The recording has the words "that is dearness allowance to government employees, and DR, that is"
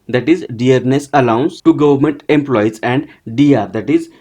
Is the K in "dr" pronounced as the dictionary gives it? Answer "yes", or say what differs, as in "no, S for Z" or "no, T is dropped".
no, K is dropped